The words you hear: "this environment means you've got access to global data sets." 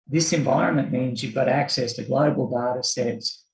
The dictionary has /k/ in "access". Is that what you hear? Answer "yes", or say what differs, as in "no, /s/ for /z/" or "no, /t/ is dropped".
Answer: yes